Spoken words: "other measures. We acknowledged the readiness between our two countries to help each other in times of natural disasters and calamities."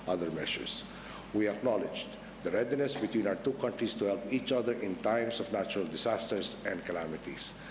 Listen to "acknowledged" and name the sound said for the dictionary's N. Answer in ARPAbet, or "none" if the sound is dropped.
N